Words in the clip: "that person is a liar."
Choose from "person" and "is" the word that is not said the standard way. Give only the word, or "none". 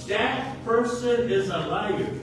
none